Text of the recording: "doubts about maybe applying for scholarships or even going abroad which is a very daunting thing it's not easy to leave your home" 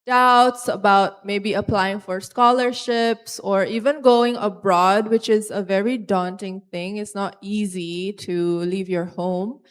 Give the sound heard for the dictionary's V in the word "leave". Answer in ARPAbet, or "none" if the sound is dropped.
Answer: V